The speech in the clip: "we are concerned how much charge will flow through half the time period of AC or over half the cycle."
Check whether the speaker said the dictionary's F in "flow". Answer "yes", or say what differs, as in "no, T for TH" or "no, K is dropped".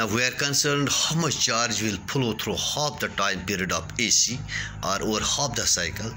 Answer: no, P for F